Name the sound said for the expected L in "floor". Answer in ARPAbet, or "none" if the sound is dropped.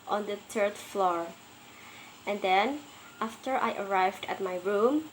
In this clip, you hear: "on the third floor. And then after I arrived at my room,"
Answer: L